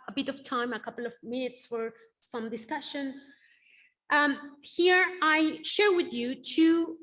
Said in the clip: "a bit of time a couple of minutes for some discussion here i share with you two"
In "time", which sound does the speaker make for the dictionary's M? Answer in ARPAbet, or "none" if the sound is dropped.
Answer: M